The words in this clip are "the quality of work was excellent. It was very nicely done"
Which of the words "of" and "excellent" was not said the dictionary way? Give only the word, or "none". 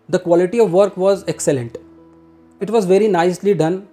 none